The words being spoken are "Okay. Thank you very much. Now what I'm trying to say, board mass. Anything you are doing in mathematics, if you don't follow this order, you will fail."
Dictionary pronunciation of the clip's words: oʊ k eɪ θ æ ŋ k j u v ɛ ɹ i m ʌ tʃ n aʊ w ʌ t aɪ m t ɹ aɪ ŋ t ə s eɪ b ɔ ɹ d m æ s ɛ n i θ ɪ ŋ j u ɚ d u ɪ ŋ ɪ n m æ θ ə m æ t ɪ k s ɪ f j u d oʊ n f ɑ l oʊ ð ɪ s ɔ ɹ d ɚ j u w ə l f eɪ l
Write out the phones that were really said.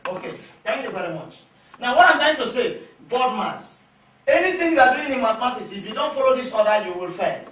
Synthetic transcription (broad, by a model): oʊ k eɪ t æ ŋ k j u v ɛ ɹ i m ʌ tʃ n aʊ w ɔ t aɪ m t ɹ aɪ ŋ t ə s eɪ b ɔ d m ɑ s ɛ n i t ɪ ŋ j u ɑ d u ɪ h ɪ m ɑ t m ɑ t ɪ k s ɪ f j u d oʊ n f ɑ l oʊ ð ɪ s ɔ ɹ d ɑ j u w ə l f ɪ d